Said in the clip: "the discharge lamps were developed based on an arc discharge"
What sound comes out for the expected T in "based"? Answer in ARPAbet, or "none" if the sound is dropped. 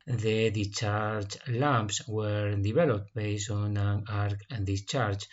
none